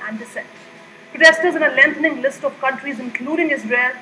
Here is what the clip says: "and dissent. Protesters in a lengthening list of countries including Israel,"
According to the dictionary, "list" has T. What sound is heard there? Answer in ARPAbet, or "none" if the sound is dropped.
T